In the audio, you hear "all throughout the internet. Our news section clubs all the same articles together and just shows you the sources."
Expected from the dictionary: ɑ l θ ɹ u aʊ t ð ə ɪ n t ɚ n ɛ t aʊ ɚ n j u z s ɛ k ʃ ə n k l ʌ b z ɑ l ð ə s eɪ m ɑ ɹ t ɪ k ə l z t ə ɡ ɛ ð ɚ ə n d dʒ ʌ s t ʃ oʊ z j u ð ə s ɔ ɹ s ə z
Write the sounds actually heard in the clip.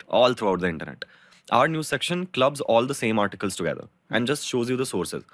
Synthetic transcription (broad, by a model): ɑ l t ɹ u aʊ t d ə ɪ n t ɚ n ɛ t aʊ ɚ n j u s ɛ k ʃ ə n k l ʌ b z ɑ l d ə s eɪ m ɑ ɹ t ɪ k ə l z t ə ɡ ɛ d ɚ ə n d dʒ ʌ s t ʃ oʊ z j u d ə s ɔ ɹ s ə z